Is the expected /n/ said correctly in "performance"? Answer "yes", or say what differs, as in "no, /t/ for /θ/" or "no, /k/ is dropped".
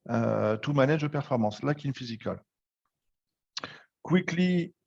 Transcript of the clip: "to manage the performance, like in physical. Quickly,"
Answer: no, /n/ is dropped